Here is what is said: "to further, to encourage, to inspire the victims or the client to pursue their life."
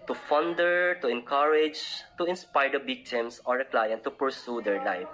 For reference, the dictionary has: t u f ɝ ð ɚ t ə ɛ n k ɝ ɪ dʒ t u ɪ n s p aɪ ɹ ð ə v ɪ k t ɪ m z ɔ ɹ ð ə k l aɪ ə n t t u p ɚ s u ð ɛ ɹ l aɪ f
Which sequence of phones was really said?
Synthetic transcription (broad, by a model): t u f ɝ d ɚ t ə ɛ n k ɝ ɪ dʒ t u ɪ n s p aɪ ɹ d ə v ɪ k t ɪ m s ɔ ɹ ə k l aɪ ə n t t u p ɚ s u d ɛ ɹ l aɪ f